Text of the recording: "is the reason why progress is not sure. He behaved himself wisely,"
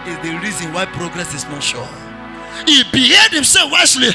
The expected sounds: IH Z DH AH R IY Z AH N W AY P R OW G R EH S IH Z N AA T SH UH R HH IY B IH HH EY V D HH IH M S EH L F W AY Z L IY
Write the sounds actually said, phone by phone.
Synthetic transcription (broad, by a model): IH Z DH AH R IY Z AH N W AY P R OW G R EH S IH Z N AA T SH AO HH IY B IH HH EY D HH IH M S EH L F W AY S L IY